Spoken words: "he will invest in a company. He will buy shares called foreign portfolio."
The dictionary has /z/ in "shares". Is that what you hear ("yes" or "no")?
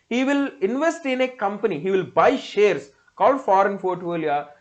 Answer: no